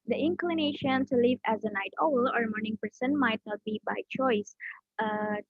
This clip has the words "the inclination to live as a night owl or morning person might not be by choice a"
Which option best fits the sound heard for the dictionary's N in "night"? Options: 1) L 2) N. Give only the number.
2